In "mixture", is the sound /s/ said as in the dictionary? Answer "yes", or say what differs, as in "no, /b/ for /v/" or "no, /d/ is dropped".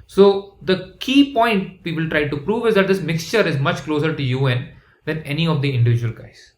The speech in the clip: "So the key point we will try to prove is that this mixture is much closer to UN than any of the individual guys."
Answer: yes